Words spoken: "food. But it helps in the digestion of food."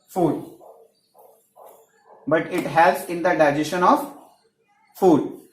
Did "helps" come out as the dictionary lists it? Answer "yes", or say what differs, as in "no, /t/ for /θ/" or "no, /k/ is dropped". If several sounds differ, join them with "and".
no, /p/ is dropped